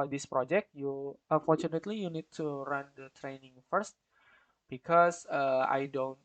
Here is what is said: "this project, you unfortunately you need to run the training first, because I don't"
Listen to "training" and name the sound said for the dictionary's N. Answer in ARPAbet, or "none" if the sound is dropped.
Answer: N